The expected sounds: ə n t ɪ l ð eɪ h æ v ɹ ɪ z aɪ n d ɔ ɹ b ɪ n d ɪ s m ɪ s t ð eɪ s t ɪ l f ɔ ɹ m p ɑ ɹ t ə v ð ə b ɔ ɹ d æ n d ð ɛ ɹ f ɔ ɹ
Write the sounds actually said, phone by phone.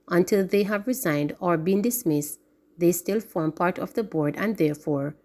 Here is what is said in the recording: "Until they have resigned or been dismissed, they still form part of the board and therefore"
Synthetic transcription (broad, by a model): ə n t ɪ l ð eɪ h æ v ɹ ɪ z aɪ n d ɔ ɹ b ɪ n d ɪ s m ɪ s t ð eɪ s t ɪ l f ɔ ɹ m p ɑ ɹ t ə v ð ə b ɔ ɹ d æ n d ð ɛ ɹ f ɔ ɹ